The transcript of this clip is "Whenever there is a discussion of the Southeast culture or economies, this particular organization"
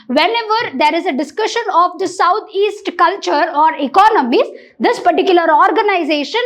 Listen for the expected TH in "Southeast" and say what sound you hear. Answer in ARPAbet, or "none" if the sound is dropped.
T